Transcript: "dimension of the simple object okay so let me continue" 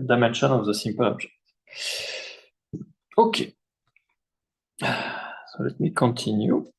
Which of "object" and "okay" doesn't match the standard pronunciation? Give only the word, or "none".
object